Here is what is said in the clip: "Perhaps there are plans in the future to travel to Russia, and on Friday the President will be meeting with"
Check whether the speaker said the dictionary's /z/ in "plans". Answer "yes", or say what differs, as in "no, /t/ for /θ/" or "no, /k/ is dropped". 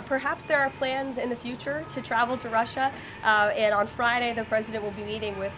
yes